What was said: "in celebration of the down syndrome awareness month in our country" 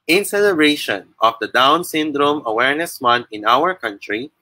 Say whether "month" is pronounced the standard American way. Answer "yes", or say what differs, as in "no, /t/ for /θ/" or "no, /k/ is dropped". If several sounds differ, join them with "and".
no, /t/ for /θ/